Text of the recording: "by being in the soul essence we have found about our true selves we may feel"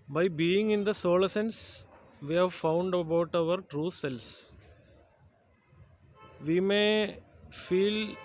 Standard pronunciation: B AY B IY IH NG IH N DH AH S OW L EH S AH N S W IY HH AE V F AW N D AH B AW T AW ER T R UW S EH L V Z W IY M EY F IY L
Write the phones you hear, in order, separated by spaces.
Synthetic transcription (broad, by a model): B AY B IY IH NG IH N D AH S OW L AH S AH N S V IY HH AE V F AW N D AH B AW T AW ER T R UW S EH L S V IY M EY F IY L